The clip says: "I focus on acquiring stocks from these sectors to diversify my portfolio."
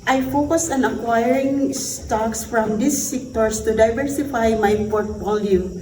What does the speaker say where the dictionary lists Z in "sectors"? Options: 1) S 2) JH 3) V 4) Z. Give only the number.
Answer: 1